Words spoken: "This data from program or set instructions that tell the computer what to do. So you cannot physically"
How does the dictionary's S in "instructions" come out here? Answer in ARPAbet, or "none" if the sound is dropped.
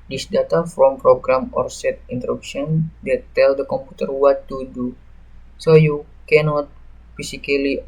none